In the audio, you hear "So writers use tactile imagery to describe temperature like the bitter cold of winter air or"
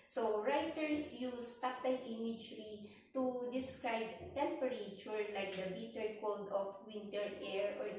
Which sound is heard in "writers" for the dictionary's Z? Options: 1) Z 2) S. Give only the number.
2